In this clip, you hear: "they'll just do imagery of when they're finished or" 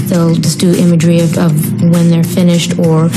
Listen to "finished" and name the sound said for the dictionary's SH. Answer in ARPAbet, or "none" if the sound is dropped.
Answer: SH